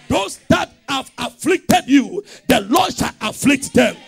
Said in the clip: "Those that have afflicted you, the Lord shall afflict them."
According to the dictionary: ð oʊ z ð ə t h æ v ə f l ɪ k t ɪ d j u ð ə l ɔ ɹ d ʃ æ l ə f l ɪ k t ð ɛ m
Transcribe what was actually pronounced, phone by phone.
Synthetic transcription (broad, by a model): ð oʊ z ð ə t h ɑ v ə f l ɪ k t ɪ d j u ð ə l ɔ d ʃ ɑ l ə f l ɪ k t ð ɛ m